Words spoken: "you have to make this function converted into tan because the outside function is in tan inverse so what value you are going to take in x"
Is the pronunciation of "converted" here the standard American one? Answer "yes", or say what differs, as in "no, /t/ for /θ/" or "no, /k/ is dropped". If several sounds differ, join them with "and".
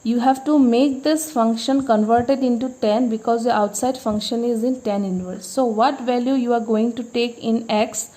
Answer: yes